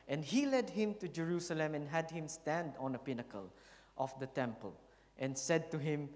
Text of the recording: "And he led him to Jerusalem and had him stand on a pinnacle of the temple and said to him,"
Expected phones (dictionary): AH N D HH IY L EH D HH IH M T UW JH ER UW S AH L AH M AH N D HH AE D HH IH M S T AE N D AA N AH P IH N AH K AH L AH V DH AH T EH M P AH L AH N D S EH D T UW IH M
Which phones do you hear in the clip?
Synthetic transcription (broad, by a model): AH N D HH IY L EH D HH IH M T UW JH ER UW S AH L AH M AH N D HH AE D HH IH M S T AE N D AA N AH P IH N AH K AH L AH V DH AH T EH M P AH L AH N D S EH D T UW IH M